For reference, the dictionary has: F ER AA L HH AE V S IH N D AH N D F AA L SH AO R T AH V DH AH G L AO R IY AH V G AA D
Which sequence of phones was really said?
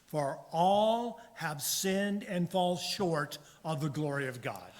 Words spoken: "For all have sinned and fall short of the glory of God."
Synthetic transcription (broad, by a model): F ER AA L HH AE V S IH N D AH N F AA L SH AO R T AH V DH AH G L AO R IY AH V G AA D